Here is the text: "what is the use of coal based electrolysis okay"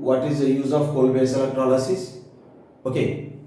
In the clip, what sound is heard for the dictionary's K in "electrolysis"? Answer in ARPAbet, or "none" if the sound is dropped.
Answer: none